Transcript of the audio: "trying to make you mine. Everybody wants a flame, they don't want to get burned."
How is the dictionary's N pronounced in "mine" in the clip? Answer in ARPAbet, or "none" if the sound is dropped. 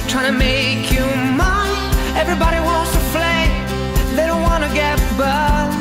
none